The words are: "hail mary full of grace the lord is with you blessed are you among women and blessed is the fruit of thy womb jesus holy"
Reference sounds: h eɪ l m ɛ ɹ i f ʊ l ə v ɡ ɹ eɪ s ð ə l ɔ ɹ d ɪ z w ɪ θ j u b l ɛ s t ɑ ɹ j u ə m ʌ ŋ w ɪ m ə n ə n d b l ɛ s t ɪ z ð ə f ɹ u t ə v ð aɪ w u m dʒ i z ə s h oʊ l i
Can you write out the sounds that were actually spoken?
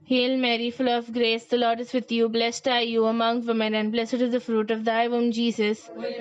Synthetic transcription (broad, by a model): h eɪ l m ɛ ɹ i f ʊ l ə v ɡ ɹ eɪ s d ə l ɔ ɹ d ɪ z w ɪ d j u b l ɛ s t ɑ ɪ j u ə m ʌ ŋ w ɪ m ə n ə n d b l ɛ s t ɪ z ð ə f ɹ u t ə v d aɪ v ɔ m dʒ i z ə s